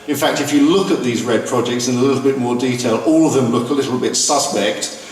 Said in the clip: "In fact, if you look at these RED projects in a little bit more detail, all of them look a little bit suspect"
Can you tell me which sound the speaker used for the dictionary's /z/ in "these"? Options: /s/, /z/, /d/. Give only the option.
/z/